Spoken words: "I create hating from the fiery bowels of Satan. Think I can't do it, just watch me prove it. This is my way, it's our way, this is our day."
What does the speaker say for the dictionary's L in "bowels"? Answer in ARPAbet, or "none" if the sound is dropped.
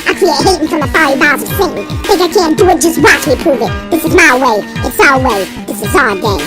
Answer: none